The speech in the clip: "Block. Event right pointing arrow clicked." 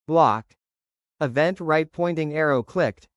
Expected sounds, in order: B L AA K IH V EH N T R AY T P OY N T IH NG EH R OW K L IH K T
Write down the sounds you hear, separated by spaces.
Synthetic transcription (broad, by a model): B L AA K IH V EH N T R AY T P OY N T IH NG EH R OW K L IH K T